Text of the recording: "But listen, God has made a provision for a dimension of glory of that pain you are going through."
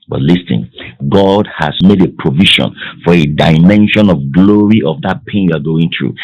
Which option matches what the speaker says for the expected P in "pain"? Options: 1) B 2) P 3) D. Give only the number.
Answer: 2